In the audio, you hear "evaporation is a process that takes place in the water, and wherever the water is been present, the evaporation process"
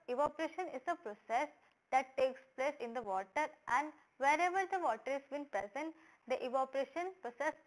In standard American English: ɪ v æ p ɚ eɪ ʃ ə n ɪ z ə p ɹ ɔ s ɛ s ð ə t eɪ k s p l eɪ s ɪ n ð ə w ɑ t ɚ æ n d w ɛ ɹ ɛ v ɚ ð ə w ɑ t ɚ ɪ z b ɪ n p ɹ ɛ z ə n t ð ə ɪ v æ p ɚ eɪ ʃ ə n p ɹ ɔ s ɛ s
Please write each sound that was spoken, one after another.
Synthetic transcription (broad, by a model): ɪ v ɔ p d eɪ ʃ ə n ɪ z ə p ɹ ɔ s ɛ s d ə t eɪ k s p l eɪ s ɪ n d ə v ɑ t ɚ æ n d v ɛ ɹ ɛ v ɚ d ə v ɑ t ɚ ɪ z b ɪ n p ɹ ɛ z ə n t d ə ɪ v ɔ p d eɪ ʃ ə n p ɹ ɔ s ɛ s